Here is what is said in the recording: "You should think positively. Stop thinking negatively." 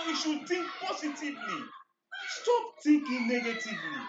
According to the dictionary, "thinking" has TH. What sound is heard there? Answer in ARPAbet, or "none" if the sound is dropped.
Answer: T